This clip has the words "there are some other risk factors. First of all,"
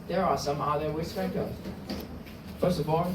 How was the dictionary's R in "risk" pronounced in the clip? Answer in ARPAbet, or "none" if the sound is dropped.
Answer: W